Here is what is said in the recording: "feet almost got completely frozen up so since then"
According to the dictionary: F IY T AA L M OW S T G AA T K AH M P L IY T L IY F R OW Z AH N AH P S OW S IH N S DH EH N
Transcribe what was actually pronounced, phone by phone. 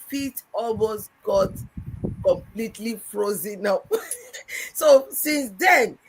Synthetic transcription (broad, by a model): F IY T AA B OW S G AA T K AH M P L IY T L IY F R OW Z AH N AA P S OW S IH N S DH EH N